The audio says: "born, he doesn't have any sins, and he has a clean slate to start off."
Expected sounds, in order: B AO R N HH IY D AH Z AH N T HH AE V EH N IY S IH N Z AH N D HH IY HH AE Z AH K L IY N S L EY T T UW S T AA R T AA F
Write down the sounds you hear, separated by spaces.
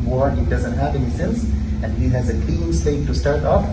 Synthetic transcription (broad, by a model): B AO R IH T D AH Z AH N T HH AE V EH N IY S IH N S AH N D HH IY HH AE Z AH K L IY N S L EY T T UW S T AA R T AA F